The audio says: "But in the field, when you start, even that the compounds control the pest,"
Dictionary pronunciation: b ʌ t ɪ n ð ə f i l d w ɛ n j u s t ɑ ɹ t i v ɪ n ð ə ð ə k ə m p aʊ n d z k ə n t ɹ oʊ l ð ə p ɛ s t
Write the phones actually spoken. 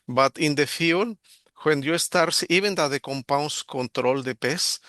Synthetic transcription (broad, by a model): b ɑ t ɪ n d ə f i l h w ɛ n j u s t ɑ ɹ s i b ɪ n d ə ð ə k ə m p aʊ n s k ə n t ɹ oʊ l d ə p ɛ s